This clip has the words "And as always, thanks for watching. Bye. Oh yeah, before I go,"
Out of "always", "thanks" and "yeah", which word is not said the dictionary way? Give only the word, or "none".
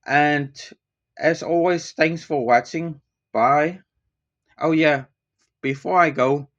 none